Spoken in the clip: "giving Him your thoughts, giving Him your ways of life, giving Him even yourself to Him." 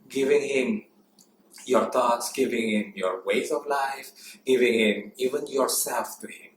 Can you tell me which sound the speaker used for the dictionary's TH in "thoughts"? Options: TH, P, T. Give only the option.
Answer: T